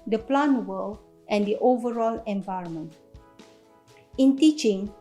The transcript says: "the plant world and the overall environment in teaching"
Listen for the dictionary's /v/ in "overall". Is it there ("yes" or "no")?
yes